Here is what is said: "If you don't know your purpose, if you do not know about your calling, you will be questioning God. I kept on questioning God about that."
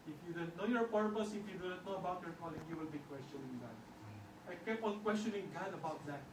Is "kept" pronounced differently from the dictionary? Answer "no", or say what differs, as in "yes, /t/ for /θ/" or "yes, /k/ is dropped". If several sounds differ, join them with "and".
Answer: yes, /t/ is dropped